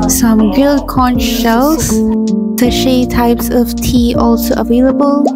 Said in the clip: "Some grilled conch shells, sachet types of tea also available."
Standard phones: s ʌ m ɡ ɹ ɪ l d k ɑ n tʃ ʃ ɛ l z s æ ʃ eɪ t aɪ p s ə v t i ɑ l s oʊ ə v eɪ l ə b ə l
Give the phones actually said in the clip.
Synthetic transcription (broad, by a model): s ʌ m ɡ ɪ l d k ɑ n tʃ ʃ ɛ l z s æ ʃ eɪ t aɪ p s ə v t i ɑ l s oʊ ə v eɪ l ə b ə l